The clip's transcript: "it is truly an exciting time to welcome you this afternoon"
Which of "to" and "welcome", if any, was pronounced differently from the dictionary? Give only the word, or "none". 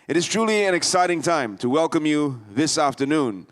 none